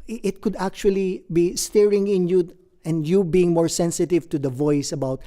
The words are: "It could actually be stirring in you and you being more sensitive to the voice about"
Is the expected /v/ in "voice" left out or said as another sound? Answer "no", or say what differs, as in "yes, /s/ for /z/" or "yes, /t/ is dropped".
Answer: no